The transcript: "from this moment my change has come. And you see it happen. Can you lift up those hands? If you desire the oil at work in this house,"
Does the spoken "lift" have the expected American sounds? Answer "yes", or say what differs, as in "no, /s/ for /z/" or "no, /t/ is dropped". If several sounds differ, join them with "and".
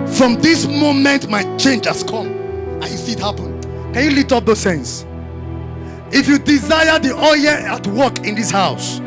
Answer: no, /f/ is dropped